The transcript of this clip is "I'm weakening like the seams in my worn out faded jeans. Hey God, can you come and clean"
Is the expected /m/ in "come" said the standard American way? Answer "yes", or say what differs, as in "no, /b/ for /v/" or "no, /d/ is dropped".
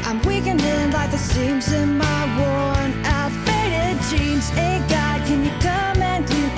yes